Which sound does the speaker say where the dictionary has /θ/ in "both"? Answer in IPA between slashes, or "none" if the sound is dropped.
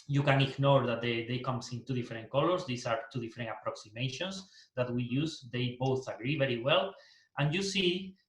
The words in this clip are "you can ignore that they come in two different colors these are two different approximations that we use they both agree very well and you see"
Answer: /θ/